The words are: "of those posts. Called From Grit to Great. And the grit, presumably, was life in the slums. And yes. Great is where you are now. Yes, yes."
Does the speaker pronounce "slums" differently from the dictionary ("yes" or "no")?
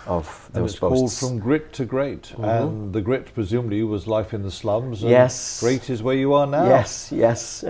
no